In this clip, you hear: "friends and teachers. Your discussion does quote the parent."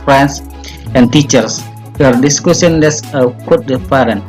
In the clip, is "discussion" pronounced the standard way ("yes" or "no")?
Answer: no